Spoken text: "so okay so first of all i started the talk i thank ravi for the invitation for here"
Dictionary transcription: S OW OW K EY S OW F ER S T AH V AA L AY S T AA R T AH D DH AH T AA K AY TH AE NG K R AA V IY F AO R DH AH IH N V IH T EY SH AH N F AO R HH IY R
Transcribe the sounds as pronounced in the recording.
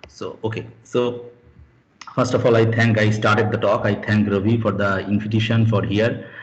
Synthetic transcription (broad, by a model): S OW OW K EY S OW F ER S T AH F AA L AY S T AA R T AH D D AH T AA K AY T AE NG K R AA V IY F AO R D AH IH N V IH T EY SH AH N F AO R HH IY R